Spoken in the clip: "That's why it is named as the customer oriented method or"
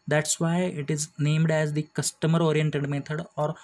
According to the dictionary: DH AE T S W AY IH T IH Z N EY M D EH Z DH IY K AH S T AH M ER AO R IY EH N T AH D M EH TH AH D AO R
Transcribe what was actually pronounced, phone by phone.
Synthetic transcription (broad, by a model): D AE T S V AY IH T IH Z N EY M D EH Z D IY K AH S T AH M ER AO R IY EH N T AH D M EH T AH D AO R